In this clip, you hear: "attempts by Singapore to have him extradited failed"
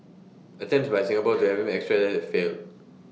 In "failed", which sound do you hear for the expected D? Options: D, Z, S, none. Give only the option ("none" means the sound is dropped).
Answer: none